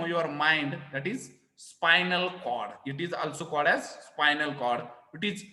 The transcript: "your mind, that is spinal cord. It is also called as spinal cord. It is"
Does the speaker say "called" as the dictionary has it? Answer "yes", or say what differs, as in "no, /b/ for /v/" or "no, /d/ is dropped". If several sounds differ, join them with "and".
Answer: yes